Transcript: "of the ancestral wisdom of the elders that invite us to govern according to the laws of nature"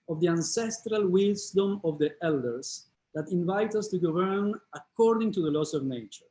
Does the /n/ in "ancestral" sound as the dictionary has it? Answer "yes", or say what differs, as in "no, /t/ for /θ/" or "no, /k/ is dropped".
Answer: yes